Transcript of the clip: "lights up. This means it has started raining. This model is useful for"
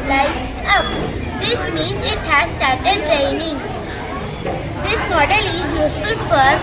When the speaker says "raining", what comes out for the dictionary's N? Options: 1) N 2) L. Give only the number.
1